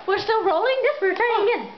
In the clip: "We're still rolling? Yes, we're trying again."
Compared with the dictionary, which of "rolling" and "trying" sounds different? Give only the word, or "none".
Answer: trying